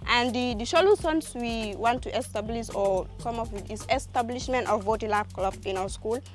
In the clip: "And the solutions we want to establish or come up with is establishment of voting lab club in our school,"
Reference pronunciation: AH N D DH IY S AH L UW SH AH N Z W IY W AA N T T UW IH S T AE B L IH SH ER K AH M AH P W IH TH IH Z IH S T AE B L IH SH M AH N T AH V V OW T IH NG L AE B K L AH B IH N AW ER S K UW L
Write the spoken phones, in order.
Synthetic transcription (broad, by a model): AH N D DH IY SH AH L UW S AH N S W IY W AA N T T UW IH S T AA B L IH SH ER K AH M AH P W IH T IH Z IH S T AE B L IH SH M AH N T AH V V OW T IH L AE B K L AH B IH N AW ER S K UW L